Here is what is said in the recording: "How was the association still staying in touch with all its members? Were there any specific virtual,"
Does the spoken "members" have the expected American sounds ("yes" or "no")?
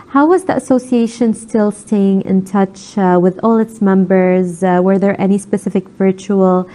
yes